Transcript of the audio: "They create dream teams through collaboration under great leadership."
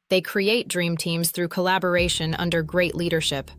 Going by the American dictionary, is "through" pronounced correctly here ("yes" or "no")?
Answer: yes